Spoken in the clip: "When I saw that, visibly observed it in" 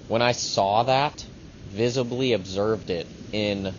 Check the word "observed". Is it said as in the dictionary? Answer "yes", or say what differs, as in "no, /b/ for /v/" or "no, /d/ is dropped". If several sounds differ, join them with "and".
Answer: yes